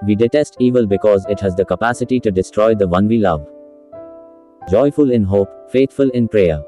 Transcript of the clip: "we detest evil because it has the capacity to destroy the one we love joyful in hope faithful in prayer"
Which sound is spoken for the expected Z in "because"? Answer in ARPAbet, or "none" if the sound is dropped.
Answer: Z